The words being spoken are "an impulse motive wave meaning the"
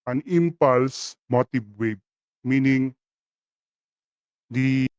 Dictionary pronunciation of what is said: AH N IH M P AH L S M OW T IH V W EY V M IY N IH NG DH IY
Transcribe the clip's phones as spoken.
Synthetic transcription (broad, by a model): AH N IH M P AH L S M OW T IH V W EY B M IY N IH NG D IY